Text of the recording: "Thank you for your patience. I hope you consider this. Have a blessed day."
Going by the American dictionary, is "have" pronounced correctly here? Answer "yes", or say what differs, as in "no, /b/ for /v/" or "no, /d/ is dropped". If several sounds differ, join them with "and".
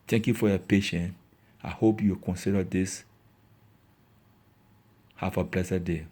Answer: no, /f/ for /v/